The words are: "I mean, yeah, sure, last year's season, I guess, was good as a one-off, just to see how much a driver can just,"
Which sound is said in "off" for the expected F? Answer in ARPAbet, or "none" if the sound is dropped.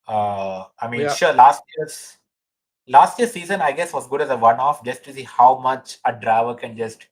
F